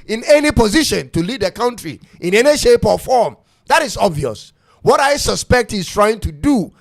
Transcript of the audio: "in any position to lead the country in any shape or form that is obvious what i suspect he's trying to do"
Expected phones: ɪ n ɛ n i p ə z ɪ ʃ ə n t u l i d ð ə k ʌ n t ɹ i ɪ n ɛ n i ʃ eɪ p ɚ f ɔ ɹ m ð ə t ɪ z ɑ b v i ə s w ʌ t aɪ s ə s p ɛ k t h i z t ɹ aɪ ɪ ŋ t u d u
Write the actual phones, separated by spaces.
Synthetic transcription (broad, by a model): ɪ n ɛ n i p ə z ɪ ʃ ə n t u l i d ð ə k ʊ n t ɹ i ɪ n ɛ n i ʃ eɪ p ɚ f ɔ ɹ m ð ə t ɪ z ɑ b v i ə s w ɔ t aɪ s ə s p ɛ k t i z t ɹ aɪ ɪ ŋ t u d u